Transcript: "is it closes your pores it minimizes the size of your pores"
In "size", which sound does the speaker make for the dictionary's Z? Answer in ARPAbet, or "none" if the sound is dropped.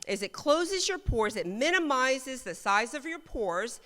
Z